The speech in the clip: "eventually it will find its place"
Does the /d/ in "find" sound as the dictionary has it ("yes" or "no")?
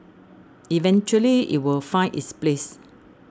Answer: no